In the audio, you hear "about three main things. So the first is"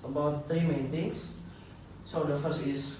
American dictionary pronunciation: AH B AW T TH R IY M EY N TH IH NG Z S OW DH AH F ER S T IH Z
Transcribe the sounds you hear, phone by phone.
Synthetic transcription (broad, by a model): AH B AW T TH R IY M EY N T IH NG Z S OW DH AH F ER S IH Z